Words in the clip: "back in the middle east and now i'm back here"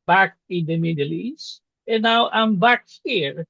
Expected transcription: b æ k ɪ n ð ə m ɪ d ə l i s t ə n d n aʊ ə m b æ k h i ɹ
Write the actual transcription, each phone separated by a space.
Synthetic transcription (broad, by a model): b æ k ɪ n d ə m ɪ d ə l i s ə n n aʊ ə m b æ k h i ɹ